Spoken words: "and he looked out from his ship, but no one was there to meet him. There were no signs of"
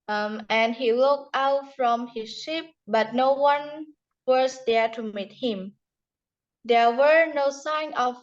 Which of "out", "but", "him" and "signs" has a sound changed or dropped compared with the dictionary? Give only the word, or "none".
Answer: signs